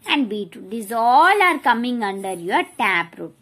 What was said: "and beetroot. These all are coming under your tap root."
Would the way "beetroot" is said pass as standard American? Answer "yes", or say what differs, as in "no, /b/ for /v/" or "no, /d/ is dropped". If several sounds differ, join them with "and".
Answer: no, /ɹ/ is dropped